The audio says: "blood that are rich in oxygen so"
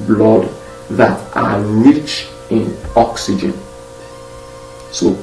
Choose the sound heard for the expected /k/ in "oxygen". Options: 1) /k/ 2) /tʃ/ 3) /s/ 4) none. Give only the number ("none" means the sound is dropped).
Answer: 1